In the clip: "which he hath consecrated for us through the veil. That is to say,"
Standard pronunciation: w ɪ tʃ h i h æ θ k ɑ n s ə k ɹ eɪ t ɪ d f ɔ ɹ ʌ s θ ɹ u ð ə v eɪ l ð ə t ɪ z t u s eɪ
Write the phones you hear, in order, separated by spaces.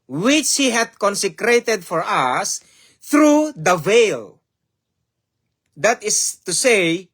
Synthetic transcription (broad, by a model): w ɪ tʃ h i h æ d k ɑ n s ə k ɹ eɪ t ɪ d f ɔ ɹ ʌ s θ ɹ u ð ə v eɪ l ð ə t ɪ s t u s eɪ